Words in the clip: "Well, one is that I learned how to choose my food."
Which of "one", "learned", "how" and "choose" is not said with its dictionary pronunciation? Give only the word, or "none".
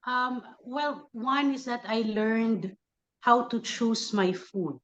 choose